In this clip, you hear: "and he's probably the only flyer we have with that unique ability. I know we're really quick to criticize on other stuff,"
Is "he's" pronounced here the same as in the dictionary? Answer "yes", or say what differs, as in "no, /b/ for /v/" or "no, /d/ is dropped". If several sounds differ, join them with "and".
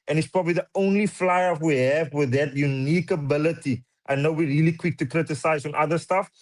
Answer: no, /s/ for /z/